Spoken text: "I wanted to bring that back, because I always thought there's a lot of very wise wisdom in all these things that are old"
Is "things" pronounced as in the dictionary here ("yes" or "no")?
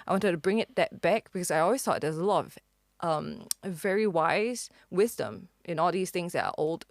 yes